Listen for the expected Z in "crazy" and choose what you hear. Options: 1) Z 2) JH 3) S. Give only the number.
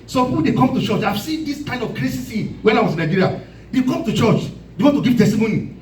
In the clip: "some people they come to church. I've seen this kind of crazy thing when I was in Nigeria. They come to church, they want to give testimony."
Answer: 3